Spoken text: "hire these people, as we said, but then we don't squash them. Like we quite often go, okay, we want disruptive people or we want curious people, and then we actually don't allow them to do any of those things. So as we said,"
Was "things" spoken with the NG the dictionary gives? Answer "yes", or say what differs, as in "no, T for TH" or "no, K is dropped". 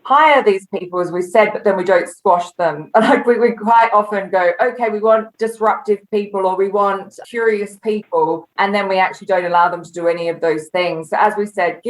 yes